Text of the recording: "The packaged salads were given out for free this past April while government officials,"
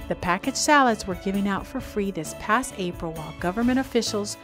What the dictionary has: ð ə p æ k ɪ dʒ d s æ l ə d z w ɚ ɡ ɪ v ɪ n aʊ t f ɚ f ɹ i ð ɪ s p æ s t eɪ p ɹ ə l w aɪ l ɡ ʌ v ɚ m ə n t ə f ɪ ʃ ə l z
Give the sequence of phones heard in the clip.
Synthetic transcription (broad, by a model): ð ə p æ k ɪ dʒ s æ l ə d z w ɚ ɡ ɪ v ɪ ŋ aʊ t f ɚ f ɹ i ð ɪ s p æ s t eɪ p ɹ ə l w aɪ l ɡ ʌ v ɚ m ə t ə f ɪ ʃ l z